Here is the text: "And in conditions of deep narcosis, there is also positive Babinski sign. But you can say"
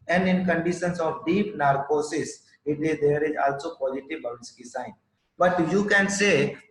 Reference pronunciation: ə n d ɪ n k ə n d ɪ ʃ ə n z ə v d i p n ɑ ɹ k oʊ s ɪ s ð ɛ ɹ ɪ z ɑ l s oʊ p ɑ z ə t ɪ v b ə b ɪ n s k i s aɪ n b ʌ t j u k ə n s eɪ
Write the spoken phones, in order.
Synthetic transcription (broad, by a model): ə n d ɪ n k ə n d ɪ ʃ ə n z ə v d i p n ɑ ɹ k oʊ s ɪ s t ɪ ɹ ɪ z ɑ l s oʊ p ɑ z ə t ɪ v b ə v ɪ s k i s aɪ n b ʌ t j u k ə n s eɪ